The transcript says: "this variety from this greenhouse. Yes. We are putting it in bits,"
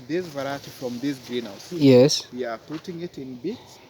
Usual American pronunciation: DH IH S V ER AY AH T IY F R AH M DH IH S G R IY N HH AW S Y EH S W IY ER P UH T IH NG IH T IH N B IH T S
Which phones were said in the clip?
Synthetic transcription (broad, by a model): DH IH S V ER AY AH T IY F R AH M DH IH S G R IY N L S Y EH S W IY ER P UH T IH NG IH T IH N B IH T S